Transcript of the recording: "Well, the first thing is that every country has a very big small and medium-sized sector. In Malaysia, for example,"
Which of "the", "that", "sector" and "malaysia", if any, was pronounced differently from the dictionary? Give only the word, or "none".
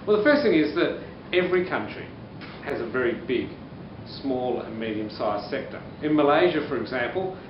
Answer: none